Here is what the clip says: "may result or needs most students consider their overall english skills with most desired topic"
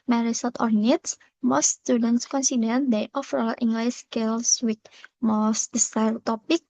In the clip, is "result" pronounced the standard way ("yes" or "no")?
no